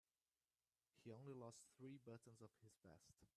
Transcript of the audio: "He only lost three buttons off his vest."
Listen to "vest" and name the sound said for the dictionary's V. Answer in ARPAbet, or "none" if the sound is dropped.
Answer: B